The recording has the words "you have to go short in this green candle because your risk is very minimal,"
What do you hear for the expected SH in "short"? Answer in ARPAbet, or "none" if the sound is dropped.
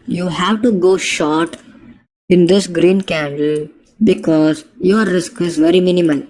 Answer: SH